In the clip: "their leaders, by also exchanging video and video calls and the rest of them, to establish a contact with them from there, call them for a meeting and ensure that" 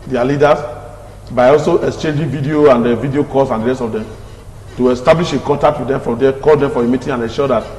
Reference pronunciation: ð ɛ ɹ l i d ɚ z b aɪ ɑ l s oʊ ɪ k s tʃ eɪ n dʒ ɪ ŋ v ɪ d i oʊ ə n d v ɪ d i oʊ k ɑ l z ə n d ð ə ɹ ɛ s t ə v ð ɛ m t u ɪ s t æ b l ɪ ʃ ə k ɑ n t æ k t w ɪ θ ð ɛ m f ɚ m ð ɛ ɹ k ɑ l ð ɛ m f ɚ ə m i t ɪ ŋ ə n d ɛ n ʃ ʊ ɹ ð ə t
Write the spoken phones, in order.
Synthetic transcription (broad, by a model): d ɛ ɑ l i d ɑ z b aɪ ɑ l s oʊ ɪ k s tʃ eɪ n dʒ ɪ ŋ v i d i oʊ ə n d v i d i oʊ k ɑ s ə n d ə ɹ ɛ s t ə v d ɛ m t u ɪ s t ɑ b l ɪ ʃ ə k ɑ t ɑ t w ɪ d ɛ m f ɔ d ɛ k ɑ l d ɛ m f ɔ ə m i t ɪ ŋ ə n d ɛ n ʃ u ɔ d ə t